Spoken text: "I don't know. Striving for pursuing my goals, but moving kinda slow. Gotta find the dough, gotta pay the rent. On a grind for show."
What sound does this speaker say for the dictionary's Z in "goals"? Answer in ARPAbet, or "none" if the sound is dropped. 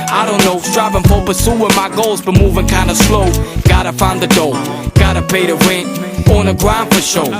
Z